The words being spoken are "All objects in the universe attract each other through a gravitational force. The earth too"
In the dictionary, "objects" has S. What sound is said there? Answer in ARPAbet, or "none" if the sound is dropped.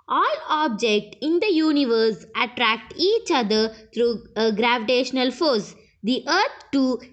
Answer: none